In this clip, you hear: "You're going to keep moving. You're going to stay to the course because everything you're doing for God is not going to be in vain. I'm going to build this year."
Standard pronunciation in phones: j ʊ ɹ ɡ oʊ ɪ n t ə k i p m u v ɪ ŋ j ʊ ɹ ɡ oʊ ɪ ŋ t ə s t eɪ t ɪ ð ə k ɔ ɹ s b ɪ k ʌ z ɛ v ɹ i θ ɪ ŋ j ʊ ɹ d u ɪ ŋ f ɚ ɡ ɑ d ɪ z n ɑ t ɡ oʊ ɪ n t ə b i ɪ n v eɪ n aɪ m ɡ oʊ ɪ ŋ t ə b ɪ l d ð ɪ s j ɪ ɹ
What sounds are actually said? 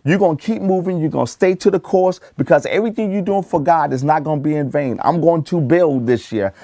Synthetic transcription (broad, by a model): j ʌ ɹ ɡ oʊ ɪ n k i p m u v ɪ ŋ j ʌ ɹ ɡ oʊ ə s t eɪ t ɪ ð ə k ɔ ɹ s b ɪ k ʌ z ɛ v ɹ i θ ɪ ŋ j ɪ d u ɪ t f ɚ ɡ ɑ d ɪ z n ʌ t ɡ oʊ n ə b i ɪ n v eɪ n aɪ m ɡ oʊ ɪ ŋ t ə b ɪ l d ð ɪ s j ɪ ɹ